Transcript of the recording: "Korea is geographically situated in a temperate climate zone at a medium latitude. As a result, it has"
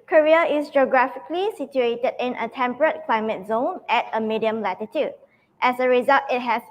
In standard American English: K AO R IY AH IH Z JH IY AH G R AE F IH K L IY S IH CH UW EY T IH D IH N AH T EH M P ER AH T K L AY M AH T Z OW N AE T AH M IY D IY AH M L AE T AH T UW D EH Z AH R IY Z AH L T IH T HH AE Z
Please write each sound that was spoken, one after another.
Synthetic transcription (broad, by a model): K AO R IY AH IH S JH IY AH G R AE F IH K L IY S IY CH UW EY T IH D IH N AH T EH M P ER AH T K L AY M AH T Z OW N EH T AH M IY D IY AH M L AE T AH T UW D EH S AH R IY Z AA L T IH T HH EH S